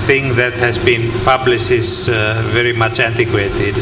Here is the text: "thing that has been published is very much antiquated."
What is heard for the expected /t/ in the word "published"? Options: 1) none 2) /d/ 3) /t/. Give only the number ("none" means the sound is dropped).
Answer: 1